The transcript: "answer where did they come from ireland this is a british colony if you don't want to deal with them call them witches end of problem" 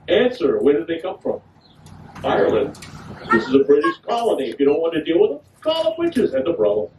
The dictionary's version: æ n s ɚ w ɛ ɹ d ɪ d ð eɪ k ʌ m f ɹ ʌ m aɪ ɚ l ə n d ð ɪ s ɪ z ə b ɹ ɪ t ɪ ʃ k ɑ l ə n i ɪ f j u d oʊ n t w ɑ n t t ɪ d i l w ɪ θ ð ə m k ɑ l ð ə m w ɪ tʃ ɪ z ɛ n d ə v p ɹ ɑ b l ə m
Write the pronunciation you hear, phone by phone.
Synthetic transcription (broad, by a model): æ n s ɚ w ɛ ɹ d ɪ d ð eɪ k ʌ m f ɹ ʌ m aɪ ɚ l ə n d ð ɪ s ɪ z ə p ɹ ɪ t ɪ s k ɑ l ə n i ɪ f j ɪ d oʊ n t w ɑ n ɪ d i l w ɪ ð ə k ɑ l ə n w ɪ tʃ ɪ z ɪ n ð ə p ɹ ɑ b l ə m